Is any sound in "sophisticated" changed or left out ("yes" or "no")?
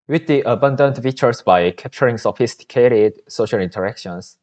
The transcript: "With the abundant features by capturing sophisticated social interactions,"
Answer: no